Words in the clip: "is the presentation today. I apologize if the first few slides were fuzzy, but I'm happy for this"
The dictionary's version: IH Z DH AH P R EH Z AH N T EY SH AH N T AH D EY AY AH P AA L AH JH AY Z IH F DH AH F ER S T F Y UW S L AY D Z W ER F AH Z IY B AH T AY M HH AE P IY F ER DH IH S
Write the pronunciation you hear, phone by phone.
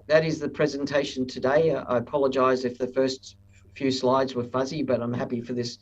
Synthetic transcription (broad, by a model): IH Z DH AH P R EH Z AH N T EY SH N T AH D EY AY AH P AA L AH JH AY Z IH F DH AH F ER S T F Y UW S L AY D Z W ER F AH Z IY B AH T AY M HH AE P IY F ER DH IH S